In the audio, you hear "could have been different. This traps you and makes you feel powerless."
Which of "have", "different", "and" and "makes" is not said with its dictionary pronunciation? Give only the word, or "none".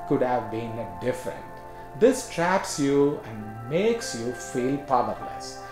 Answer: none